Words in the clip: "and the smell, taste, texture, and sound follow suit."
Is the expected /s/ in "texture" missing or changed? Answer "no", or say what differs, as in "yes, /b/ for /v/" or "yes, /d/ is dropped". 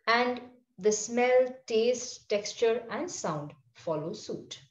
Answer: no